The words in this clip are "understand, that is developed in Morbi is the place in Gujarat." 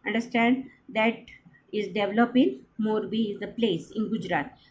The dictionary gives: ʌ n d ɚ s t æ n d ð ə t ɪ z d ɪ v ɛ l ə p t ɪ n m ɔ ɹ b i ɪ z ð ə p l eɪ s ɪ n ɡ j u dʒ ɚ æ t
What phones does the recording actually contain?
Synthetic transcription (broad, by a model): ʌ n d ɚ s t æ n d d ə t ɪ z d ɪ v l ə p ɪ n m ɔ ɹ b i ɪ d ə p l eɪ s ɪ n ɡ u dʒ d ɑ t